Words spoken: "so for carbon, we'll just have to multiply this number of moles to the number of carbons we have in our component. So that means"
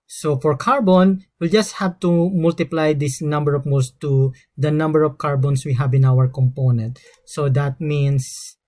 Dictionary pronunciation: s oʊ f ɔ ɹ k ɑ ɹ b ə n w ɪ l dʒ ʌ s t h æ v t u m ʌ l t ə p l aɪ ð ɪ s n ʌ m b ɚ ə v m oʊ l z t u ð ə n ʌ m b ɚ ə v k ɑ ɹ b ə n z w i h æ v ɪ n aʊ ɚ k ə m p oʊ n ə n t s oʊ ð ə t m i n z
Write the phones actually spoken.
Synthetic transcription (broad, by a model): s oʊ f ɔ ɹ k ɑ ɹ b ə n w ɪ l dʒ ʌ s t h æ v t u m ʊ l t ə p l aɪ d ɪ s n ʌ m b ɚ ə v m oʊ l s t u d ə n ʌ m b ɚ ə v k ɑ ɹ b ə n s w i h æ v ɪ n aʊ ɚ k ə m p oʊ n ə n t s oʊ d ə t m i n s